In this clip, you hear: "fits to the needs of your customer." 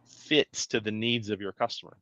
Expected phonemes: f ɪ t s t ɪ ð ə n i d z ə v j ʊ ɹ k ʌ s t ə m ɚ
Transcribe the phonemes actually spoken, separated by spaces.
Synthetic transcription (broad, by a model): f ɪ t s t ɪ ð ə n i d z ə v j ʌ ɹ k ʌ s t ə m ɚ